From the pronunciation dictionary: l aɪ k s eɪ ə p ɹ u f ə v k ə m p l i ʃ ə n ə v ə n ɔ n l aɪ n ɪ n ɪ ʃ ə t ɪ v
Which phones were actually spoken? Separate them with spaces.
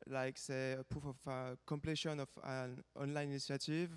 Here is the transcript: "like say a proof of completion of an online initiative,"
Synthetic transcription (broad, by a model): l aɪ k s eɪ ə p u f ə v k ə m p l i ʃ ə n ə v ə n ɔ n l aɪ n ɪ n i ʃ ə t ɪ v